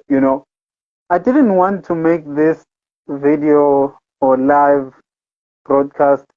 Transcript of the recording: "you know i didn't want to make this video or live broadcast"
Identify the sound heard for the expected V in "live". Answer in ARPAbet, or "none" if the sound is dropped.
V